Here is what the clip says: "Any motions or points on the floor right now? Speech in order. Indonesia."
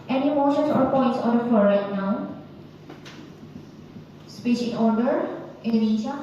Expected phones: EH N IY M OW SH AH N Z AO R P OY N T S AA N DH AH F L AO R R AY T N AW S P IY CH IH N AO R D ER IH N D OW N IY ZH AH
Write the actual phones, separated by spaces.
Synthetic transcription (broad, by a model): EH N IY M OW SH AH N S AO R P OY N T S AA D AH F AO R R AY T N AW S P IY SH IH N AO R D ER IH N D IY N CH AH